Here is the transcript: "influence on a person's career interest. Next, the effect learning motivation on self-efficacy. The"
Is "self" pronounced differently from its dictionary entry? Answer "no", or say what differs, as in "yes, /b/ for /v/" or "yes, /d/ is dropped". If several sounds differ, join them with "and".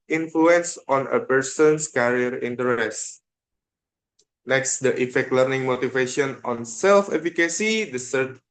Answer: no